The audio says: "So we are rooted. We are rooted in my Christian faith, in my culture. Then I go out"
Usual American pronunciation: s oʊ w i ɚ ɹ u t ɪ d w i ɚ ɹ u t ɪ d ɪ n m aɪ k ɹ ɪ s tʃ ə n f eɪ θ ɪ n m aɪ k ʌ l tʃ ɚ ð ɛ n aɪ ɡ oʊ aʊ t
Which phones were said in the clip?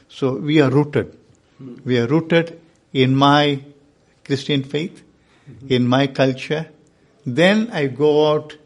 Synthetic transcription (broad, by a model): s oʊ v i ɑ ɹ u t ɪ d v i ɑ ɹ u t ɪ d ɪ n m aɪ k ɹ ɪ s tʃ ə n f eɪ t ɪ n m aɪ k ʌ l tʃ ɚ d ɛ n aɪ ɡ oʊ t